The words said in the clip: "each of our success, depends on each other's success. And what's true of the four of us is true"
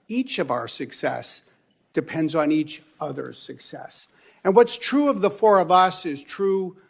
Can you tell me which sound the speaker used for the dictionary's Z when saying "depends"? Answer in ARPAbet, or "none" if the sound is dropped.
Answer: Z